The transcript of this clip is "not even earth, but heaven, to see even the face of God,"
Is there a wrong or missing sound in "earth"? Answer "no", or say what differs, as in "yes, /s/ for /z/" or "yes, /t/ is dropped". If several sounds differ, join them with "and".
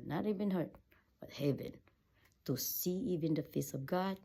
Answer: yes, /t/ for /θ/